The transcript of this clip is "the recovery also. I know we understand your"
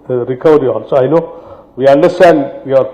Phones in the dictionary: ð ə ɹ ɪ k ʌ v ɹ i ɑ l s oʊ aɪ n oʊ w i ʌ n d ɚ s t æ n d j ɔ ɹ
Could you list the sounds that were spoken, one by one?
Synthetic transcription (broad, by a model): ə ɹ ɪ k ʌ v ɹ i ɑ n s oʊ aɪ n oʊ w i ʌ n d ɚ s t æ n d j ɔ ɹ